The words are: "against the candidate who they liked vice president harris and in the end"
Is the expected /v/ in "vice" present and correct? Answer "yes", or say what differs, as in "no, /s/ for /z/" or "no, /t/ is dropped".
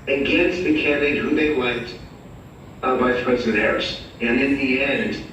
no, /b/ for /v/